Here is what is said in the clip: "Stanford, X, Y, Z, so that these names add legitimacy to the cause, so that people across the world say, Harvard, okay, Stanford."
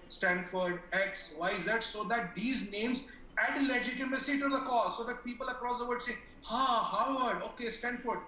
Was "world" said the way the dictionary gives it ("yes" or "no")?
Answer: no